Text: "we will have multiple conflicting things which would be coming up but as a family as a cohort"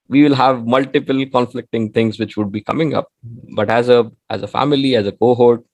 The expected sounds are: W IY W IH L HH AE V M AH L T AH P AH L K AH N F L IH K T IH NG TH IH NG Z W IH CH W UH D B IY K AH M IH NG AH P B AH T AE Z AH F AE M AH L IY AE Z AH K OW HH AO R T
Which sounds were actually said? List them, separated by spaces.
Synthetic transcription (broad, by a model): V IY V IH L HH AE V M AH L T AH P AH L K AH N F L IH K T IH NG T IH NG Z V IH CH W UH D B IY K AH M IH NG AH P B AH T AE Z AH F AE M AH L IY AE Z AH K OW HH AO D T